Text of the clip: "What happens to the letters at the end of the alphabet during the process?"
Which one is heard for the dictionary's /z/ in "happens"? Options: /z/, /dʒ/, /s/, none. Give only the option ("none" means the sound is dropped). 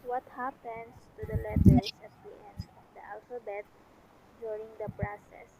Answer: /s/